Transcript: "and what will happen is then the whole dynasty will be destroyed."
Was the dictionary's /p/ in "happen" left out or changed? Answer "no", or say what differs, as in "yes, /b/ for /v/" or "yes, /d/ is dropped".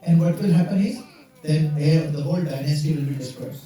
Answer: no